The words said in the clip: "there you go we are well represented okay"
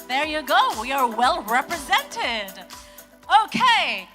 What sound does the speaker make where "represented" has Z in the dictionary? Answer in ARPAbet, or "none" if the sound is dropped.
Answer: Z